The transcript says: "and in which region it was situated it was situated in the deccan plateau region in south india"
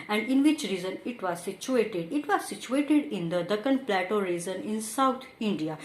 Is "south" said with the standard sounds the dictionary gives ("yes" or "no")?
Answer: no